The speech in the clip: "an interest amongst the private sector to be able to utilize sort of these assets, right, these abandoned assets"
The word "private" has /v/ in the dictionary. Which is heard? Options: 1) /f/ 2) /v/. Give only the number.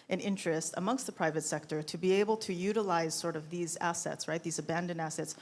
2